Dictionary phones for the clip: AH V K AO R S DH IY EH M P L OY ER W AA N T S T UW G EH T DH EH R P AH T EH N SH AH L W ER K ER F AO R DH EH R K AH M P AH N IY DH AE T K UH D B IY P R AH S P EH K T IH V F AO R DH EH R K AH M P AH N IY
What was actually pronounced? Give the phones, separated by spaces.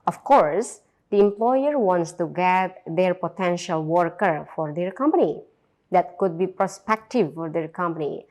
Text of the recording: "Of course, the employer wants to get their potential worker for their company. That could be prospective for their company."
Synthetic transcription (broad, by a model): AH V K AO R S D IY EH M P L OY ER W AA N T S T UW G EH T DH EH R P AH T EH N SH AH L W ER K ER F AO R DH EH R K AH M P AH N IY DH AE T K UH D B IY P R AH S P EH K T IH V F AO R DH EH R K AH M P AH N IY